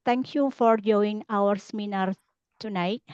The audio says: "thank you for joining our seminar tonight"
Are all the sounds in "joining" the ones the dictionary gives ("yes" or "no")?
no